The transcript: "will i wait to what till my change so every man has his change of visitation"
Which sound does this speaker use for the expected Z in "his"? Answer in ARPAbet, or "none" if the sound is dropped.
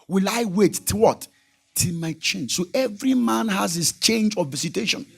S